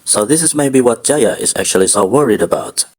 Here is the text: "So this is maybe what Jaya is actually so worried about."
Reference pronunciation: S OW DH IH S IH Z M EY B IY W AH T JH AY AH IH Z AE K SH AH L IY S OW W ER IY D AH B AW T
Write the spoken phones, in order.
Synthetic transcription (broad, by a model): S OW DH IH S IH Z M EY B IY W AH T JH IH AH IH Z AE K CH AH L IY S OW W ER IY D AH B AW T